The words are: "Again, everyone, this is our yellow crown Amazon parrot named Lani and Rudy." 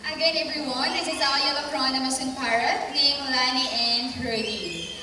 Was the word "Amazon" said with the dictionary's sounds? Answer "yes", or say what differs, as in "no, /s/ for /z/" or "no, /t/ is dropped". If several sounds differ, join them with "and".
no, /s/ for /z/